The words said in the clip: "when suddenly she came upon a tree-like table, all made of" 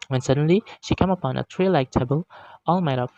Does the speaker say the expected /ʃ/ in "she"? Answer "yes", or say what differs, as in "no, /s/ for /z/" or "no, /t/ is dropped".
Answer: yes